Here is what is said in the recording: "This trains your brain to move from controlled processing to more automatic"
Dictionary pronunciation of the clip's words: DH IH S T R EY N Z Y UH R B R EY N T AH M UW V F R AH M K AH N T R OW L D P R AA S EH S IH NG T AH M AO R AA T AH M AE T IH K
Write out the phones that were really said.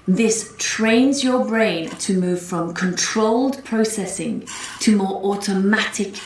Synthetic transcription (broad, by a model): DH IH S T R EY N Z Y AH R B R EY N T AH M UW V F R AH M K AH N T R OW L D P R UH S EH S IH NG T AH M AO R AA T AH M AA T IH K